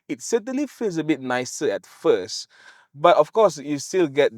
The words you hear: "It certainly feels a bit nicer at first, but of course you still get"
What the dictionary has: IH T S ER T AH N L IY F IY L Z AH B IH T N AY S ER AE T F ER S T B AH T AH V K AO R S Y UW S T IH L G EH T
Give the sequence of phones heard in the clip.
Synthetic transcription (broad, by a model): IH T S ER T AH N L IY F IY L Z AH B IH T N AY S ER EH T F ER S T B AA T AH F K AO S Y UW S T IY L G EH T